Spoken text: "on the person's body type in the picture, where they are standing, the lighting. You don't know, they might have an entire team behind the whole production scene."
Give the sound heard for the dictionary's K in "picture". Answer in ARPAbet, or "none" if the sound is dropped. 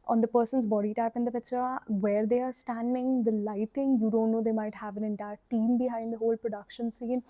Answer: none